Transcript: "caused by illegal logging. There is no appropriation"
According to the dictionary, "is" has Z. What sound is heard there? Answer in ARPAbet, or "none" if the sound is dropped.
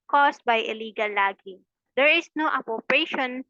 S